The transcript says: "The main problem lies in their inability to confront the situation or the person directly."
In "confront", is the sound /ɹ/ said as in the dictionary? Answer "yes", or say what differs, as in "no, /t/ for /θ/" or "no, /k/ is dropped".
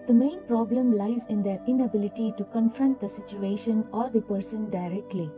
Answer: yes